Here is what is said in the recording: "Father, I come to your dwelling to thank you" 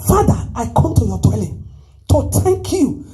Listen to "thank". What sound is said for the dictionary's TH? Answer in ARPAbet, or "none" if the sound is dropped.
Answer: T